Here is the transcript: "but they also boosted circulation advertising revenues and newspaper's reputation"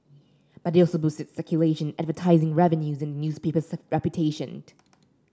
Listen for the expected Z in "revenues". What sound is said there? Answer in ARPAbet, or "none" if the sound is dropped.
Z